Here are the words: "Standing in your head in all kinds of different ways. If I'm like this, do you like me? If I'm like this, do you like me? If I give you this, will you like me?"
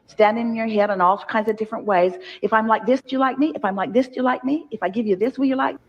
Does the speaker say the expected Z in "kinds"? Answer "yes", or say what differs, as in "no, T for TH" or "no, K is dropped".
yes